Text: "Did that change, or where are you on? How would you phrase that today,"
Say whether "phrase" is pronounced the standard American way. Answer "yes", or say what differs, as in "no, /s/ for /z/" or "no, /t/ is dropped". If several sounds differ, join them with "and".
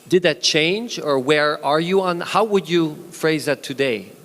yes